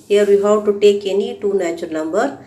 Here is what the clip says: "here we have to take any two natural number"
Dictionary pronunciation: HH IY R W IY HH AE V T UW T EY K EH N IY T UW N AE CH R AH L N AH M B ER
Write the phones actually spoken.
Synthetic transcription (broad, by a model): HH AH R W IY HH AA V T UW T EY K EH N IY T UW N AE CH AH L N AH M B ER